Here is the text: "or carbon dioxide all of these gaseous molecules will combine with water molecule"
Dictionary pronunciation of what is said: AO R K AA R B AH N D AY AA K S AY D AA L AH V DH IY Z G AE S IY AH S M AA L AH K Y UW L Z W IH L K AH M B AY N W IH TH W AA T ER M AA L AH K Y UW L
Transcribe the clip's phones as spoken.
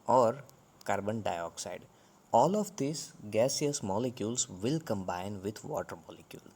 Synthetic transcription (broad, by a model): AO R K AA R B AH N D AY AA K S AY D AA L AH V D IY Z G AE S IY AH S M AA L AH K Y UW L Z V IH L K AH M B AY N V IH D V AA T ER M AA L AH K Y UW L